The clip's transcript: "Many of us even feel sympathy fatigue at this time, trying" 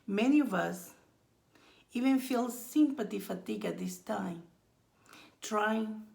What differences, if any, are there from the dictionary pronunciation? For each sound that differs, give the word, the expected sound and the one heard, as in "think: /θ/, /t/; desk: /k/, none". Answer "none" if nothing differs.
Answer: sympathy: /θ/, /t/